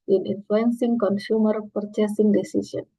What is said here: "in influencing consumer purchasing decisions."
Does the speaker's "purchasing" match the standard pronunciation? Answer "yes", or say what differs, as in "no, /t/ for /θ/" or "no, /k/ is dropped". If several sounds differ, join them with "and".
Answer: yes